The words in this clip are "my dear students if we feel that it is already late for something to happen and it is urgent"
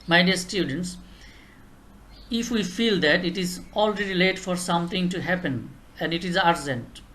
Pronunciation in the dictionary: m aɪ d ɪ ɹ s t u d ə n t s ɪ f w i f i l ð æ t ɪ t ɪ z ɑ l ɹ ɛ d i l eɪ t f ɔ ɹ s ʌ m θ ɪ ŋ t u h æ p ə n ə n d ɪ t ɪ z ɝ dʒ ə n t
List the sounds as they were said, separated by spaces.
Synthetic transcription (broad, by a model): m aɪ d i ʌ s t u d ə n t s ɪ f w i f i l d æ t ɪ t ɪ z ɑ l ɹ ɛ d i l eɪ t f ɔ ɹ s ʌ m t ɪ ŋ t u h æ p ə n ə n d ɪ t ɪ z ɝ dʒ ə n t